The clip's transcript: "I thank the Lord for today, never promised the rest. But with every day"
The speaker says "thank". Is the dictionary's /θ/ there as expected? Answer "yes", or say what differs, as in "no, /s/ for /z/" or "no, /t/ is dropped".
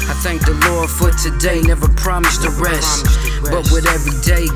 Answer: yes